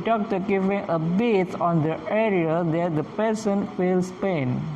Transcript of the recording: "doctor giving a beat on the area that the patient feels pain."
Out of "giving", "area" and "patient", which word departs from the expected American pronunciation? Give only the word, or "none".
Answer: patient